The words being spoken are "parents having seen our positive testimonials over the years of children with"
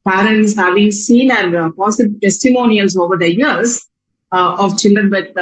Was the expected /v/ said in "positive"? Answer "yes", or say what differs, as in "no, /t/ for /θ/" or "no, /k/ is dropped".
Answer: no, /b/ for /v/